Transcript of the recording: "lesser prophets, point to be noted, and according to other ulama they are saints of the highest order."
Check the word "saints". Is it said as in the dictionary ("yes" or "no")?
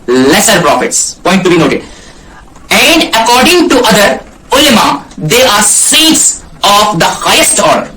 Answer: no